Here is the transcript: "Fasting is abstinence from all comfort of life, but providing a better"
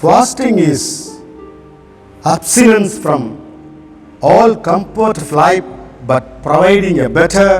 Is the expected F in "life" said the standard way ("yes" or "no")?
no